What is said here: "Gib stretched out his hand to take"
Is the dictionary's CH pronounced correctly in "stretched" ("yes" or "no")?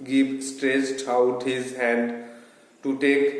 no